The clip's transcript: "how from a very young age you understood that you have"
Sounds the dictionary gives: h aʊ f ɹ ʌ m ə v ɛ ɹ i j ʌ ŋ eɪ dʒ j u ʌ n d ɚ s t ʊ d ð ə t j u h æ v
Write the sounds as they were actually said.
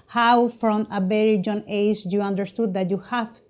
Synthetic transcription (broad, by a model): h aʊ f ɹ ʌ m ə b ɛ ɹ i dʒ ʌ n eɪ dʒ j u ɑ n d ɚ s t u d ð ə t j u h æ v